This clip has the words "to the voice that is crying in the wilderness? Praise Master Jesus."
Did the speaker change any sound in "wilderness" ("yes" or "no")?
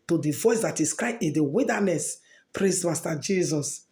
yes